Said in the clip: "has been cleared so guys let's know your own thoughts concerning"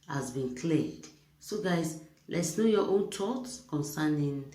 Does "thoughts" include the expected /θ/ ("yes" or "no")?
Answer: no